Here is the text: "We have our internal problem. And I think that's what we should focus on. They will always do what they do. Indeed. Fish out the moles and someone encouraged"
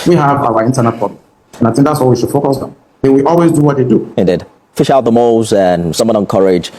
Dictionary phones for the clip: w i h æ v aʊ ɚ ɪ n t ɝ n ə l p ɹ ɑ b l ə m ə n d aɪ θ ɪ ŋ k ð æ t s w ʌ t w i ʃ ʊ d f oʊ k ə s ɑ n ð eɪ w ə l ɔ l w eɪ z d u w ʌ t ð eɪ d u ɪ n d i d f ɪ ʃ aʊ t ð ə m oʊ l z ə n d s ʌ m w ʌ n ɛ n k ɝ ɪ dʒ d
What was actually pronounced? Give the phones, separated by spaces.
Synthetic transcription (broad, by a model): w i h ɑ v aʊ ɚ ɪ n t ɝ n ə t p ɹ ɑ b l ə ə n aɪ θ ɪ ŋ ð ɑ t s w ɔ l w i ʃ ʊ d f oʊ k ə s ɑ n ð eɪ w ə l ɔ l w eɪ z d u w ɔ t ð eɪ d u ɪ n d i d f ɪ ʃ aʊ t ð ə m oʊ z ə n s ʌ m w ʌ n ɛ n k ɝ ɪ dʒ